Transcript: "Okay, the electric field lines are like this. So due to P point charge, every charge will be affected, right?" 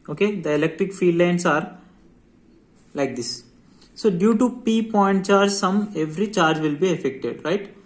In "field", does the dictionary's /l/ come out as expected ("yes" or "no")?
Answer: no